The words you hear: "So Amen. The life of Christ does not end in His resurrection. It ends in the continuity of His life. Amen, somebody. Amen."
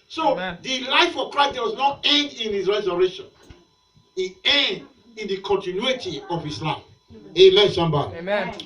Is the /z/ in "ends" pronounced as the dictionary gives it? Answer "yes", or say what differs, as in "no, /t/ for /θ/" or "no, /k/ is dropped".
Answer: no, /z/ is dropped